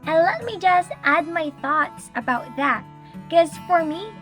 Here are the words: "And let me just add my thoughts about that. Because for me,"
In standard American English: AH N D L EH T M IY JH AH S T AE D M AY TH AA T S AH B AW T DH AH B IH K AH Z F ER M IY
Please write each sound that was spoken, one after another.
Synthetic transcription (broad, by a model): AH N L EH T M IY JH AH S T AE D M AY TH AA T S AH B AW T DH AH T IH K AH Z F ER M IY